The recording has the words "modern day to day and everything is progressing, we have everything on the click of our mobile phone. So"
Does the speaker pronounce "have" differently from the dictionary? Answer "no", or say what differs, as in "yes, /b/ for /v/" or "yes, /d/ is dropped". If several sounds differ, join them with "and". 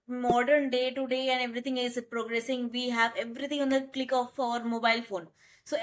no